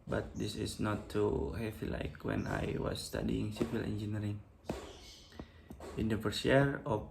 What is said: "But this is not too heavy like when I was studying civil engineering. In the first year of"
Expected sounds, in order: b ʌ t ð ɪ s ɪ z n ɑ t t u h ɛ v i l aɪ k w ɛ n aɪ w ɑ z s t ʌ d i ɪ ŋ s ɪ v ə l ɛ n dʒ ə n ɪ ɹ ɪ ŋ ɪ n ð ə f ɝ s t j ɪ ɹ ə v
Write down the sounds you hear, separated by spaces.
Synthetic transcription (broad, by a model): b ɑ t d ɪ s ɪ s n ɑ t t u h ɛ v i l aɪ k w ɛ n aɪ w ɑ s t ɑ d i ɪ ŋ s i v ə l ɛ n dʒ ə n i ɹ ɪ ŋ ɪ n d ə p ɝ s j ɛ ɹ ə